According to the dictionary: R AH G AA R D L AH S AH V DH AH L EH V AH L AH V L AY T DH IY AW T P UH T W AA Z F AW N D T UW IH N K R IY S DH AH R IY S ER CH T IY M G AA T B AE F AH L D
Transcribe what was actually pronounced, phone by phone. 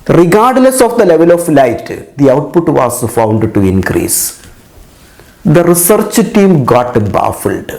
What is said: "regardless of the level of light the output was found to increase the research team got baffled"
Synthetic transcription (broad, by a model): R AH G AA R D L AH S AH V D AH L EH V AH L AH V L AY T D IY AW T P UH T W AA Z F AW N D T UW IH N K R IY S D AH R IY S ER CH T IY M G AA T B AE F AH L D